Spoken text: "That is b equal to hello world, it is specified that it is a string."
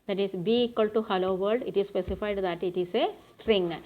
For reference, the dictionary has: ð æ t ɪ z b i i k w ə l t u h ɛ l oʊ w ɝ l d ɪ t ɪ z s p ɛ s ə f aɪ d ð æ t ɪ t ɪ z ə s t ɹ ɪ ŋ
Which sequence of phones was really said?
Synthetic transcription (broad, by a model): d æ t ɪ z b i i k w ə l t u h ɛ l oʊ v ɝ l d ɪ t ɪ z s p ɛ s ə f aɪ d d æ t ɪ t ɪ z ə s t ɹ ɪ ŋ